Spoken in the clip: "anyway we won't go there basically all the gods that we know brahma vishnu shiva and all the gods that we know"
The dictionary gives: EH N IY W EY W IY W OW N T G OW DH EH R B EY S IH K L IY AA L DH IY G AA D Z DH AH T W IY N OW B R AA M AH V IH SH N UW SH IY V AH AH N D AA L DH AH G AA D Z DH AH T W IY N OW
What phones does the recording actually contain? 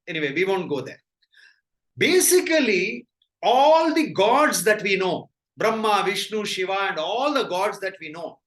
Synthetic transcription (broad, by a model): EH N IY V EY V IY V OW N T G OW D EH R B EY S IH K L IY AA L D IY G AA D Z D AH T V IY N OW B R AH M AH V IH SH N UW SH IY V AH AH N D AA L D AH G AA D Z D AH T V IY N OW